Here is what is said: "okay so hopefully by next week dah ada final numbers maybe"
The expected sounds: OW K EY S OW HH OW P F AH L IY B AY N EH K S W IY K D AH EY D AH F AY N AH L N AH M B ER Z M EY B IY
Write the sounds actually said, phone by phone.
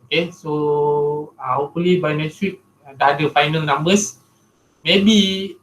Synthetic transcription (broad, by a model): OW K EY S OW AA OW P AH L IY B AY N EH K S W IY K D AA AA D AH F AY N AH L N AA M B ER S M EY B IY